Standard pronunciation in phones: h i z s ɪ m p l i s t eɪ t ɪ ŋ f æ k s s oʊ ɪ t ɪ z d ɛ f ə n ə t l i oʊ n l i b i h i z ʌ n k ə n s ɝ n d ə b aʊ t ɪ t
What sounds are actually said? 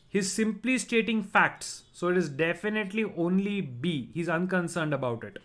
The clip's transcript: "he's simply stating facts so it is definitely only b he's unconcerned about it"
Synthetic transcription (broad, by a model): h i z s ɪ m p l i s t eɪ t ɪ ŋ f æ k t s oʊ ɪ t ɪ z d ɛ f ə n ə t l i oʊ n l i b i h i z ʌ n k ə n s ɝ n d ə b aʊ t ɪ t